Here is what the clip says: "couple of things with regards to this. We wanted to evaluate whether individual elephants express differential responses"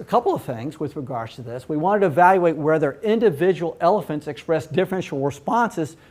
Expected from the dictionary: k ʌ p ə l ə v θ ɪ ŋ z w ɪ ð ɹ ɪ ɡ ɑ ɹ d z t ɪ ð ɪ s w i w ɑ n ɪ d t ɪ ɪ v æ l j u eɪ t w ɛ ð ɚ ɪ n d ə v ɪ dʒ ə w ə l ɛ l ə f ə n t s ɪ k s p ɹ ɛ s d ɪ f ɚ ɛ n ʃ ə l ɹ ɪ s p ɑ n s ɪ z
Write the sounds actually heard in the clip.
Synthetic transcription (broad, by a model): k ʌ p l ə v θ ɪ ŋ z w ɪ ð ɹ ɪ ɡ ɑ ɹ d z t ɪ ð ɪ s w i w ɑ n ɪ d t ɪ ɪ v æ l j u eɪ t w ɛ ð ɚ ɪ n d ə v ɪ dʒ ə w l ɛ l ə f ə n t s ɪ k s p ɹ ɛ s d ɪ f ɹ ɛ n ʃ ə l ɹ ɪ s p ɑ n s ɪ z